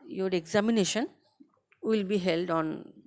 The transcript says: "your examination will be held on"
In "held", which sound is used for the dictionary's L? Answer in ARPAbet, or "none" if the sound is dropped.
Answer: L